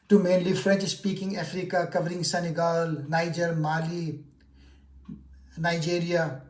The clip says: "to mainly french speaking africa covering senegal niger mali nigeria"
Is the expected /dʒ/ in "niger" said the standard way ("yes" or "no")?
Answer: yes